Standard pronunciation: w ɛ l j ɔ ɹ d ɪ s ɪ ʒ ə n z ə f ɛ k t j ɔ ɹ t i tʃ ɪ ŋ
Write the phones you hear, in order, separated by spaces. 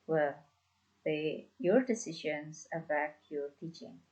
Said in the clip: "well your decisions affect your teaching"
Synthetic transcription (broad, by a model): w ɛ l j ɔ ɹ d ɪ s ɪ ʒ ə n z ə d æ t j ɔ ɹ t i tʃ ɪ ŋ